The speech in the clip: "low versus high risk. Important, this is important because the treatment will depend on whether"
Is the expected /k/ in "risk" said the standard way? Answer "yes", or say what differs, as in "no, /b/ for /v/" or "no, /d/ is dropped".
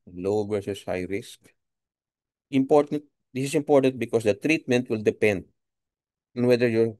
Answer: yes